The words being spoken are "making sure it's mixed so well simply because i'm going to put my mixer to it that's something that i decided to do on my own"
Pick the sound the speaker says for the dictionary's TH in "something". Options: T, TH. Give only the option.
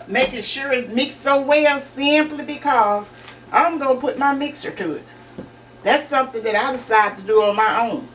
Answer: TH